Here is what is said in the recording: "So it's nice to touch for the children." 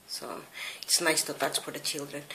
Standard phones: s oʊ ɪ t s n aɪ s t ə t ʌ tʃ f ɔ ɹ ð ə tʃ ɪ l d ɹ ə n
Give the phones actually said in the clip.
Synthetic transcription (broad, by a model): s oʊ ɪ t s n aɪ s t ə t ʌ s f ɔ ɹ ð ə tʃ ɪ l d ɹ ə n